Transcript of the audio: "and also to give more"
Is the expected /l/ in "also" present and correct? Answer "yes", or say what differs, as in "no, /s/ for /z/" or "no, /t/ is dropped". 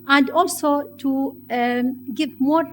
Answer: yes